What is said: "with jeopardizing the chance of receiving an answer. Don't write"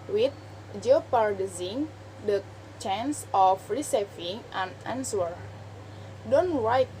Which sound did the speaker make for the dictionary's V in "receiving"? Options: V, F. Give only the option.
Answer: F